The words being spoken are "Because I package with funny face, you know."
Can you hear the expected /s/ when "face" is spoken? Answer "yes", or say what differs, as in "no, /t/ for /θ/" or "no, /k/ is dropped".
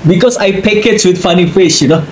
no, /ʃ/ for /s/